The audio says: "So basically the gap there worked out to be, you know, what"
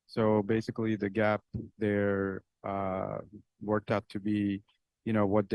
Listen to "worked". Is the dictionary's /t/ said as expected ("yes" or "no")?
yes